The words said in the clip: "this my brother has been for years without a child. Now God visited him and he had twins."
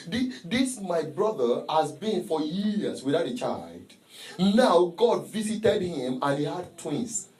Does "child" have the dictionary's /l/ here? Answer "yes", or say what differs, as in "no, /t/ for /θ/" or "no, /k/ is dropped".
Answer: yes